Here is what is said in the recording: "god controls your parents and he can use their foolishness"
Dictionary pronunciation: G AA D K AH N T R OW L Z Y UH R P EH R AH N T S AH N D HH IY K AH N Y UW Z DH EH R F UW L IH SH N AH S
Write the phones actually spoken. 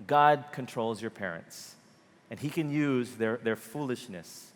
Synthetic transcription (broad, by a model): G AA D K AH N T R OW L Z Y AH R P EH R AH N T S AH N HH IY K AH N Y UW Z DH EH R F UW L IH SH N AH S